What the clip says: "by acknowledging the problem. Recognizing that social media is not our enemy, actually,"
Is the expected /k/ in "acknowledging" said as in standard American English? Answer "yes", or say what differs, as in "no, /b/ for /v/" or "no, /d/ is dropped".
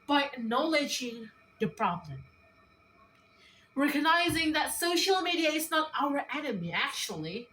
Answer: no, /k/ is dropped